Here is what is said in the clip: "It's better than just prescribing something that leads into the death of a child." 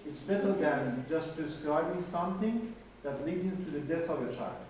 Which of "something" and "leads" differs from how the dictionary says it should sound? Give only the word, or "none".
none